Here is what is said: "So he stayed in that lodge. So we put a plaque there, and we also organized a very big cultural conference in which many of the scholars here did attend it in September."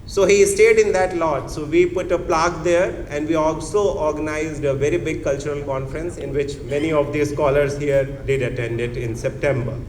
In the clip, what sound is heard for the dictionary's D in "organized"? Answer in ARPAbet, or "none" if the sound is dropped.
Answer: D